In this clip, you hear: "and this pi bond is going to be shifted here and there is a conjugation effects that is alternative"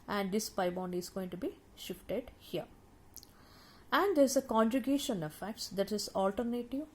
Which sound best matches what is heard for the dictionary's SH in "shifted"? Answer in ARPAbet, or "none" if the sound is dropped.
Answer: SH